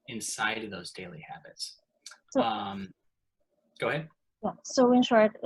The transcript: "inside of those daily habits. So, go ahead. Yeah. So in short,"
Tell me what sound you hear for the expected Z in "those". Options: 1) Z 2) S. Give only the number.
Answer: 1